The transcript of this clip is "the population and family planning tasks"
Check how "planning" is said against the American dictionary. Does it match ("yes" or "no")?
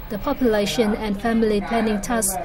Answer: no